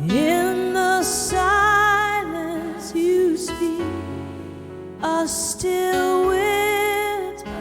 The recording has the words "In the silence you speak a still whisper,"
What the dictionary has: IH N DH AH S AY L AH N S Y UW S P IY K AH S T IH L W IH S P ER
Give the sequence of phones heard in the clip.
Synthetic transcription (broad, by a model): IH N DH AH S AY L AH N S Y UW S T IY AH S T IH L W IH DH